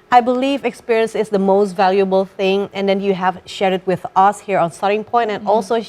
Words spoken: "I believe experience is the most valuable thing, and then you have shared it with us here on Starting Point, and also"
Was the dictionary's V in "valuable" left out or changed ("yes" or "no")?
no